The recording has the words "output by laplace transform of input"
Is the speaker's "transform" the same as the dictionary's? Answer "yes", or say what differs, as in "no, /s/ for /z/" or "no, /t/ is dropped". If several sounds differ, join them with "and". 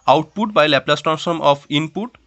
no, /ɹ/ is dropped and /f/ is dropped